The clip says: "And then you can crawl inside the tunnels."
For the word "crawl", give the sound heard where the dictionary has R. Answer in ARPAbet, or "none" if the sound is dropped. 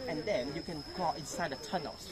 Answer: none